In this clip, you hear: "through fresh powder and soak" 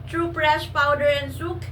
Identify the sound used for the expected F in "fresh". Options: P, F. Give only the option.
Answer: P